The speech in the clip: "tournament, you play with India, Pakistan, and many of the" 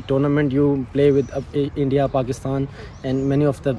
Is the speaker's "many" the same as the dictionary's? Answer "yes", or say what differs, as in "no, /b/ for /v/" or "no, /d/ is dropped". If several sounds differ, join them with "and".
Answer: yes